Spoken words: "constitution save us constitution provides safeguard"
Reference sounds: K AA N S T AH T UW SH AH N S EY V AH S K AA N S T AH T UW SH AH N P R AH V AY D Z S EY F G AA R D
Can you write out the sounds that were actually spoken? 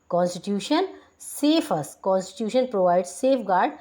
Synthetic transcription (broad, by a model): K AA N S T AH T UW SH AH N S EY F AH S K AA N S T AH T UW SH AH N P R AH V AY D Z S EY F G AA R D